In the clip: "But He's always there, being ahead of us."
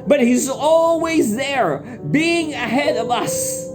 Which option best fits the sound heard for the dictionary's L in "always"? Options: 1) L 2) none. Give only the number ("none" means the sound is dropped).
1